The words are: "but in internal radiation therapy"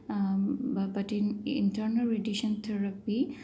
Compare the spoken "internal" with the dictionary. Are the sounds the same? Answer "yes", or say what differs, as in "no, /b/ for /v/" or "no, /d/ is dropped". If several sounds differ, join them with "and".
yes